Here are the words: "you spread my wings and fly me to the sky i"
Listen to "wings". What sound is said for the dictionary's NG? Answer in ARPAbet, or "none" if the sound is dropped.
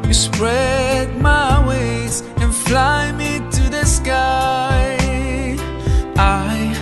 none